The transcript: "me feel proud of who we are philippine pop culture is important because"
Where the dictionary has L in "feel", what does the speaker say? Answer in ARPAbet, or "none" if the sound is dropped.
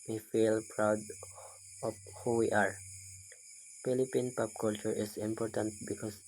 L